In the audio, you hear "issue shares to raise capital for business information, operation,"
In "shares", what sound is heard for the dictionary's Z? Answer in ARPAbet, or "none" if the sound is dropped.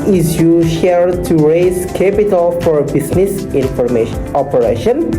none